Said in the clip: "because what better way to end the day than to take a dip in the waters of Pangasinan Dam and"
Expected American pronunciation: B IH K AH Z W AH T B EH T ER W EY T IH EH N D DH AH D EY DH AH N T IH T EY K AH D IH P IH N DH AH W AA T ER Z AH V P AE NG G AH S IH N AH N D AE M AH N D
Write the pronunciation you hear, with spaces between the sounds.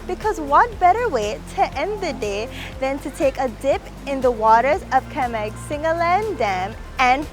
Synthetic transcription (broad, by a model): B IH K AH Z W AH T B EH T ER W EY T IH EH N D DH AH D EY DH AH N T IH T EY K AH D IH P IH N DH AH W AA T ER Z AH V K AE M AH S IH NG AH N D AE M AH N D